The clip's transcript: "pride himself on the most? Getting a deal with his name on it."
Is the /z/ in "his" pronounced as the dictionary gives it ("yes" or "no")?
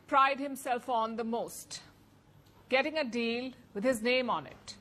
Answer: yes